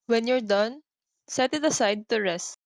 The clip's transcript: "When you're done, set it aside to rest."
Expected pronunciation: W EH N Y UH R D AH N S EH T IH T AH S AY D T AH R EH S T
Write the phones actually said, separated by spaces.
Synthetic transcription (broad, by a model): W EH N Y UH R D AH N S EH T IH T AH S AY D T AH R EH S T